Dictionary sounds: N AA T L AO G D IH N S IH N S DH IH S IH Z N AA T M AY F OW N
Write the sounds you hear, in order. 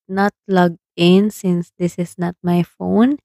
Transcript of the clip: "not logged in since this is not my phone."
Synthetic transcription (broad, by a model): N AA T L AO G IH N S IH N S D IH S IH S N AA T M AY F OW N